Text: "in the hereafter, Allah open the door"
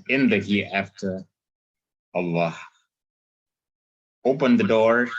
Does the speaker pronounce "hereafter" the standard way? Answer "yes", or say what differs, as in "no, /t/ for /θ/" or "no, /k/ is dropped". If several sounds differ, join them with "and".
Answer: no, /ɹ/ is dropped